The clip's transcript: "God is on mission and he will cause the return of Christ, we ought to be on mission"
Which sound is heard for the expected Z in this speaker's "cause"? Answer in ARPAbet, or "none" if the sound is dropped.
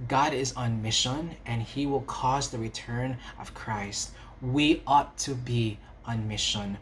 Z